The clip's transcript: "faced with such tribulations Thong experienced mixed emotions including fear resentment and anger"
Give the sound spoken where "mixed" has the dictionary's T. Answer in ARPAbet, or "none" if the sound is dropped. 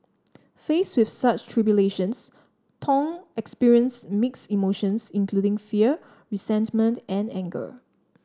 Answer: none